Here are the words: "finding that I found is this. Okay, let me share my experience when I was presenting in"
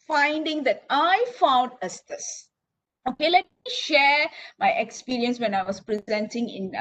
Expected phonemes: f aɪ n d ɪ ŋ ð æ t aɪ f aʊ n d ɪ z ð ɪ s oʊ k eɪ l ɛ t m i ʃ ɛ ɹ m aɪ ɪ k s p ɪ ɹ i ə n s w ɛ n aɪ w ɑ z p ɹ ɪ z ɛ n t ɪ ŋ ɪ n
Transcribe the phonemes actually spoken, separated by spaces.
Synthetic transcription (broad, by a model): f aɪ n d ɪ ŋ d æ t aɪ f aʊ n d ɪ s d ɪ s oʊ k eɪ l ɛ t m i ʃ ɛ ɹ m aɪ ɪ k s p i ɹ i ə n s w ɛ n aɪ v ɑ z p ɹ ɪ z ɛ n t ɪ ŋ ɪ n